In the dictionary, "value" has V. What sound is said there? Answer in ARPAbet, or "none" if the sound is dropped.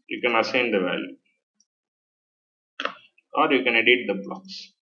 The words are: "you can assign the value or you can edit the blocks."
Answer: V